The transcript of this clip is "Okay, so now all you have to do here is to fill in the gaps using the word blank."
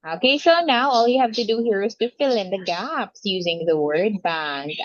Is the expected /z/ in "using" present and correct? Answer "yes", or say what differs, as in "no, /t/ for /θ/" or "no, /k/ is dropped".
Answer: yes